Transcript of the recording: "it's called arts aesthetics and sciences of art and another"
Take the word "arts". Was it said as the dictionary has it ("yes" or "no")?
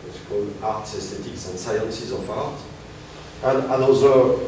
yes